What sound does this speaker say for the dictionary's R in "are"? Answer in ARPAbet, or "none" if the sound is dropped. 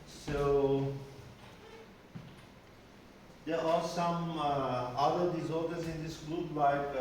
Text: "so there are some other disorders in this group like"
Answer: L